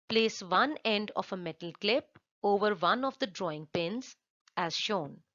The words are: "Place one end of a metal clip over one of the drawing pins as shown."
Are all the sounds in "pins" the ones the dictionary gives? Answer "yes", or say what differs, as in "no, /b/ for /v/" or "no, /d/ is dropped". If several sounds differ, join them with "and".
yes